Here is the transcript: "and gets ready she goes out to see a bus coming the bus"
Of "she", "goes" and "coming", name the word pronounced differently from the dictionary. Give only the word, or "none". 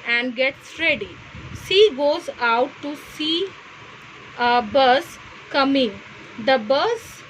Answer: she